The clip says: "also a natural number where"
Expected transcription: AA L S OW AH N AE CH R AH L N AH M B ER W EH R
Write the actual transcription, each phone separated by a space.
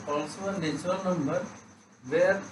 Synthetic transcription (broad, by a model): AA L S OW AH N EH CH AH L N AH M B ER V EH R